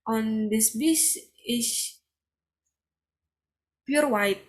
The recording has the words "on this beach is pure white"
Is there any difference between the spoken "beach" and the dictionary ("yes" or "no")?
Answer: yes